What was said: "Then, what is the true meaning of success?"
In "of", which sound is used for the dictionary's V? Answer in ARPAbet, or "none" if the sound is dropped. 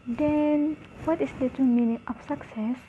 P